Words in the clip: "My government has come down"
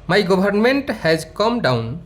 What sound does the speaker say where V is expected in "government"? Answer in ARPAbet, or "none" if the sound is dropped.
B